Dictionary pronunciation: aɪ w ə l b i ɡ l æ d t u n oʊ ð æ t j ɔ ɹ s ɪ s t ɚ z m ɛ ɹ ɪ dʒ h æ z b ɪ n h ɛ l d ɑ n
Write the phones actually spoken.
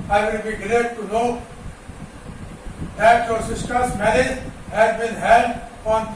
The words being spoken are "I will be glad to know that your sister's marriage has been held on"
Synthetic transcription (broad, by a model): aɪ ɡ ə n b i ɡ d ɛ t u n oʊ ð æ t j ɔ ɹ s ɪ s t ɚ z m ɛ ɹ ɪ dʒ h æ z b ɪ n h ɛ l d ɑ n